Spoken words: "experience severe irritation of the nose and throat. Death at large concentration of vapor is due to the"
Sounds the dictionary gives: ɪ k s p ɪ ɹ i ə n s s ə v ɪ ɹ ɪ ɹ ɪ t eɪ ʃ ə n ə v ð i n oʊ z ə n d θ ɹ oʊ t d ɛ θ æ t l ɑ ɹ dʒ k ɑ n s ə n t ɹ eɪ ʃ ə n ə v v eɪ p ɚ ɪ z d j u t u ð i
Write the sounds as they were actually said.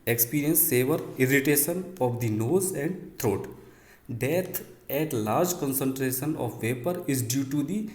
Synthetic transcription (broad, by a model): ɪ k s p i ɹ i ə n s s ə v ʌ ɹ ɪ ɹ ɪ t eɪ ʃ ə n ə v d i n oʊ z ə n d t ɹ oʊ t d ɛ t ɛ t l ɑ ɹ dʒ k ɑ n s ə n t ɹ eɪ ʃ ə n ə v v eɪ p ɚ ɪ z d j u t u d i